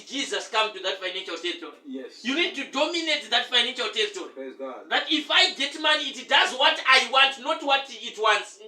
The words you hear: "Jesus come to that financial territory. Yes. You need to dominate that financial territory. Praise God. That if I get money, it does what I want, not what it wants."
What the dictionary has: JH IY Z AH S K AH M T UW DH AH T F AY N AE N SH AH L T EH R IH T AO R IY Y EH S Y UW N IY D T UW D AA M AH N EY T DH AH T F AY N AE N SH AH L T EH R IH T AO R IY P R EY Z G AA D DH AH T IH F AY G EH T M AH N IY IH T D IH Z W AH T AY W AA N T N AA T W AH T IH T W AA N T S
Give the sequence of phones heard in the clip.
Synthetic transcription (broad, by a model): JH IY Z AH S K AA M T UW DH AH T F AY N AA N SH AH L T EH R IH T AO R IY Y Y UW N IY D T UW D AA M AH N EY T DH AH T F AY N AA N SH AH L T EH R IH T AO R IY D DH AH T IH F AY G EH T M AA N IY T D IH Z W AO T AY W AA N T N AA T W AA T IH T W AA N T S